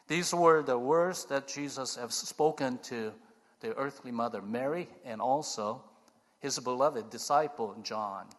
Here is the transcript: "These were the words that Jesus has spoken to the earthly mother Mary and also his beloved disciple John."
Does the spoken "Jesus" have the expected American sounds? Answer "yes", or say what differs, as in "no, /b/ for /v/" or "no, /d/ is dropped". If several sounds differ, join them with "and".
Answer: yes